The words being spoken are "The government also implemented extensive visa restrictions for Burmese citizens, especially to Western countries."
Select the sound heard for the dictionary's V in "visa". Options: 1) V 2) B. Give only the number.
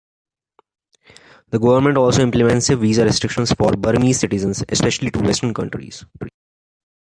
1